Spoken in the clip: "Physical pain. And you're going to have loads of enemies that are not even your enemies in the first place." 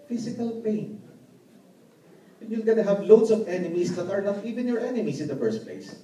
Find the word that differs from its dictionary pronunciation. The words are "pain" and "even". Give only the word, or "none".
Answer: pain